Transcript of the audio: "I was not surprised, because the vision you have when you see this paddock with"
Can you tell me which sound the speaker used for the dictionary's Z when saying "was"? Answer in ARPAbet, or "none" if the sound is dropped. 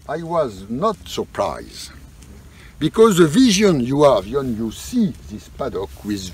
Z